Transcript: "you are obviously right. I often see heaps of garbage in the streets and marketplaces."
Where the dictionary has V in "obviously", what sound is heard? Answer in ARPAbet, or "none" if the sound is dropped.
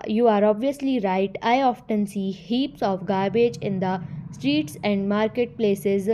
V